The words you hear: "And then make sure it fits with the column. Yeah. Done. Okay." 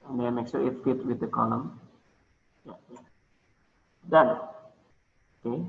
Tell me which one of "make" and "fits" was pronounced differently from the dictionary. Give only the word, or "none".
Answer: fits